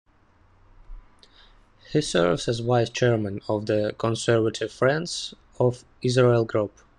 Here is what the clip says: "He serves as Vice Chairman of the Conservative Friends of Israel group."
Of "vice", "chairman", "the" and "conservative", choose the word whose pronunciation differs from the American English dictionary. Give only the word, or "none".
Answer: vice